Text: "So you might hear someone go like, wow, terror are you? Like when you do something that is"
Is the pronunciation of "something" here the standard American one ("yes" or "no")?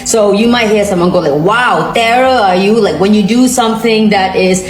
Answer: yes